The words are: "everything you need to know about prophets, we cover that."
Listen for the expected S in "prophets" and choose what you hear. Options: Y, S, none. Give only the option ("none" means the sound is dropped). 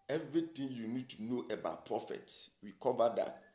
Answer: S